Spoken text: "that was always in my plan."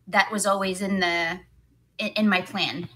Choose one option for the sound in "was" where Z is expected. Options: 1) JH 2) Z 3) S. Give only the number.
2